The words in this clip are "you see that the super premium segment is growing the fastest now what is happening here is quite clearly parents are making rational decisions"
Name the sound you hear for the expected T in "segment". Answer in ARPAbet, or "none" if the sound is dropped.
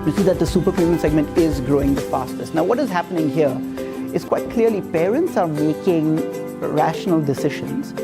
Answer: T